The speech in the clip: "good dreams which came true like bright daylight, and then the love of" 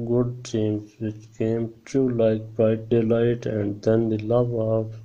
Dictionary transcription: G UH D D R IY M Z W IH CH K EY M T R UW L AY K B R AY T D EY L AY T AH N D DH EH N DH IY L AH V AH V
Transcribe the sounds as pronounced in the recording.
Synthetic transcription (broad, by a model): G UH D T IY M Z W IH CH K EY M T R UW L AY K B AY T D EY L AY T AH N D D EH N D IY L AH V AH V